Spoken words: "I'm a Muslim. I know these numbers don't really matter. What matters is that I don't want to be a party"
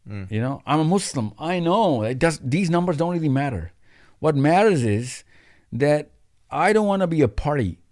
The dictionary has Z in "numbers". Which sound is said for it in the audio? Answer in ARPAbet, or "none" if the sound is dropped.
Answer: Z